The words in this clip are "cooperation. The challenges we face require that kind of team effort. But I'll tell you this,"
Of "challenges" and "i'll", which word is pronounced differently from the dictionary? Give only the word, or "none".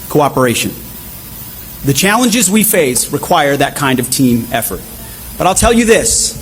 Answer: none